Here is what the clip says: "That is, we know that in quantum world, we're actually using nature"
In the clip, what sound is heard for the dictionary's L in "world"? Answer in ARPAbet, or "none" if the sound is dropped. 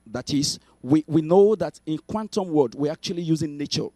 none